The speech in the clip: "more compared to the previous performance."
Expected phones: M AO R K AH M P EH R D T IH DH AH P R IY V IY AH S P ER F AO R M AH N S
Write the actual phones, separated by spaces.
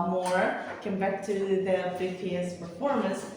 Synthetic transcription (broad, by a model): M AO R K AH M B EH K T IH DH AH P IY F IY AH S P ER F AO R M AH N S